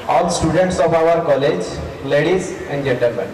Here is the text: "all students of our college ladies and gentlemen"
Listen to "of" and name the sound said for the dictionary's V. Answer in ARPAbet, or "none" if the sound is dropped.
P